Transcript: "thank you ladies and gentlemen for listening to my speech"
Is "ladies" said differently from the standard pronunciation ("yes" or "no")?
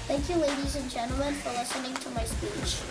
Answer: no